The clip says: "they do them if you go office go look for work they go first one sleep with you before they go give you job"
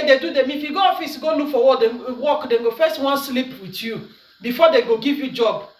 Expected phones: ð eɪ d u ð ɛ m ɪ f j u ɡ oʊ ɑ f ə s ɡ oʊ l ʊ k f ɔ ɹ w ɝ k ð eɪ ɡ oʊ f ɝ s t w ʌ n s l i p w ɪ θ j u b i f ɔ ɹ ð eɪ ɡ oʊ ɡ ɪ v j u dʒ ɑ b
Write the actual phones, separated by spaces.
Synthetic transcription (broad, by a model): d eɪ d u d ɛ m ɪ f j u ɡ oʊ ɑ f ə s ɡ oʊ l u k f ɔ w w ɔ k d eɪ ɡ oʊ f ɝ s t w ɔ n s l i p w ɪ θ j u b i f ɔ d eɪ ɡ oʊ ɡ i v j u dʒ ɑ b